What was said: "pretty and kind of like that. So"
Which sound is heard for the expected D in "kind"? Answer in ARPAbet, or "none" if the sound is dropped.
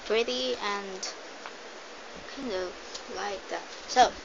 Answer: D